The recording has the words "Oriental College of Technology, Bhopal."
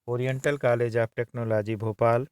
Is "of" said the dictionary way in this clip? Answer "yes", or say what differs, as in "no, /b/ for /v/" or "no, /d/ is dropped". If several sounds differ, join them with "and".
no, /b/ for /v/